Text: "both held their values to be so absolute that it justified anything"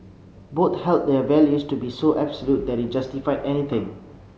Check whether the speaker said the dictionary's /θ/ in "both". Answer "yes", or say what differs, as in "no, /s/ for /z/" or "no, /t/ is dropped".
no, /t/ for /θ/